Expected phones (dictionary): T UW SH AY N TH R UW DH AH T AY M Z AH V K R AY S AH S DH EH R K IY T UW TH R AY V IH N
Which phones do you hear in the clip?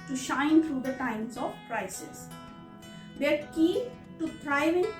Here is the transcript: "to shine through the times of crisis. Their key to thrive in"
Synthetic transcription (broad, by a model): T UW SH AY N T R UW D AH T AY M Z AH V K R AY S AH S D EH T K IY T UW T R AY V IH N